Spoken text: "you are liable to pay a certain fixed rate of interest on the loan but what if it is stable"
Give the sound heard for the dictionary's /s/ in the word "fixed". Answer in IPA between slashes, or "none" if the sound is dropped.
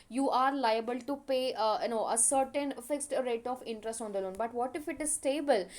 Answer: /s/